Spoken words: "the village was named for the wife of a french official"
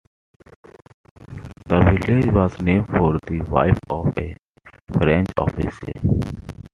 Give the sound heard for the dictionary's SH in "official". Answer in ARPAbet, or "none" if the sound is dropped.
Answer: S